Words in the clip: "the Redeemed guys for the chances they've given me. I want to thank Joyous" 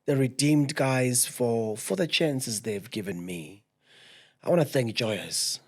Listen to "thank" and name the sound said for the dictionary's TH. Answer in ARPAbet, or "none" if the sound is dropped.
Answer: TH